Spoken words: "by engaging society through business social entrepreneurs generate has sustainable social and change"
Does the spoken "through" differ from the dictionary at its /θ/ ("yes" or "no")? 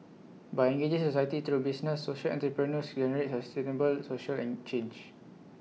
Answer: yes